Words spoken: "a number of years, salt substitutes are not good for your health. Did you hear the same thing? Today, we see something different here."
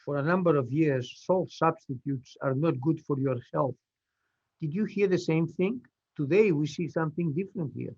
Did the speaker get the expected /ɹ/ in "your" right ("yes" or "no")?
yes